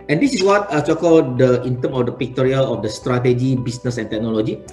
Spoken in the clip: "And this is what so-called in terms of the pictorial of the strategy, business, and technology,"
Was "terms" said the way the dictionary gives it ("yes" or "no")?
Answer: no